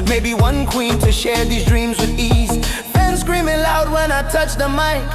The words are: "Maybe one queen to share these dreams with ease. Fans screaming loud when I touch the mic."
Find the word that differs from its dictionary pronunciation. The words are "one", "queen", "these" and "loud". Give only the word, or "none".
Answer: none